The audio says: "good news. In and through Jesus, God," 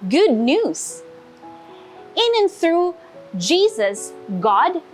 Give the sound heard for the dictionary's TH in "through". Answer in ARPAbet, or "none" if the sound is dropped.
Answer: TH